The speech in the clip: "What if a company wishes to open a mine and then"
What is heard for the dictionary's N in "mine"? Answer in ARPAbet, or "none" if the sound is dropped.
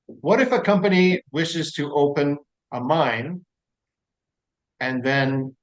N